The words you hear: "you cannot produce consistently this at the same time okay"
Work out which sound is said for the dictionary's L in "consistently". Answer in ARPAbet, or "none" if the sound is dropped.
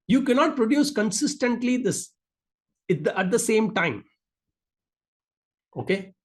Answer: L